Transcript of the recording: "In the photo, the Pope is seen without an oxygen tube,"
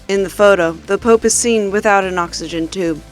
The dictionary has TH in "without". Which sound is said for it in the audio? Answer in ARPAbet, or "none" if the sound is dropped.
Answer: TH